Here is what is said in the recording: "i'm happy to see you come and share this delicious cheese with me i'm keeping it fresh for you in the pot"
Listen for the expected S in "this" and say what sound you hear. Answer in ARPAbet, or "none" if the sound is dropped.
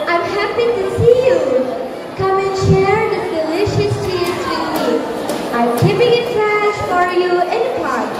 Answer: none